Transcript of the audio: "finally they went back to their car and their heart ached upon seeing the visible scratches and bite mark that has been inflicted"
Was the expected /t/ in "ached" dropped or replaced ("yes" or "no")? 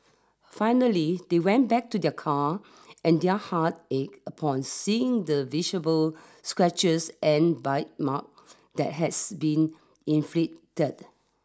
yes